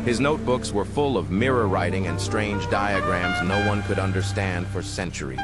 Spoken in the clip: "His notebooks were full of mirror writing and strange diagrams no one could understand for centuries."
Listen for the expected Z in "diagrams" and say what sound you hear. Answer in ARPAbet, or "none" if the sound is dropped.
Z